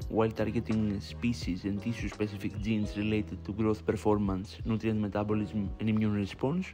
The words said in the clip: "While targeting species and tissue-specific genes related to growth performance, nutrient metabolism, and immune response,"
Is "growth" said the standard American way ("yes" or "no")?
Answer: yes